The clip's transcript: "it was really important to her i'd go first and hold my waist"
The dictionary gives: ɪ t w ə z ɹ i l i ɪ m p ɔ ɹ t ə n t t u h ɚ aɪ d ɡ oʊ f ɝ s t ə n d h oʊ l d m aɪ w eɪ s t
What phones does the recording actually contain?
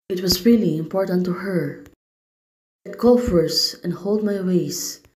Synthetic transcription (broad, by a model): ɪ t w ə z ɹ i l i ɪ m p ɔ ɹ t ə n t t u h ɚ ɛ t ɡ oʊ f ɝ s ə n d h oʊ l d m aɪ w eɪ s